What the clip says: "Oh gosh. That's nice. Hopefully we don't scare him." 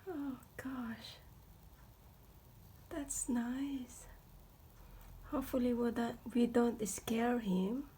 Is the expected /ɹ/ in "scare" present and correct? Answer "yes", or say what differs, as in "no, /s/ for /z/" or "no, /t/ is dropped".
yes